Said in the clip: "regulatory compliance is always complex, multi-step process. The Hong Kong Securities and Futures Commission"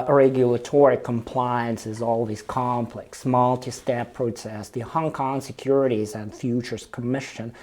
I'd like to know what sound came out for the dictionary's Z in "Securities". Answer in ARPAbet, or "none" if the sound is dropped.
Z